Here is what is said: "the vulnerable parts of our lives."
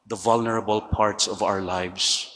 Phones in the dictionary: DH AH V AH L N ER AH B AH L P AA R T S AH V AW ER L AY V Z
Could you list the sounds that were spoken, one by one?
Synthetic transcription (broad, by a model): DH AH V AH L N ER AH B AH L P AA R T S AH V AW ER L AY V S